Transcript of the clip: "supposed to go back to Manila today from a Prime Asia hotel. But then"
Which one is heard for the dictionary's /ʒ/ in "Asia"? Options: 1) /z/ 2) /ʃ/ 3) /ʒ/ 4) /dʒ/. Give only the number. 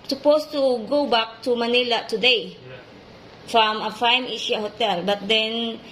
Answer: 2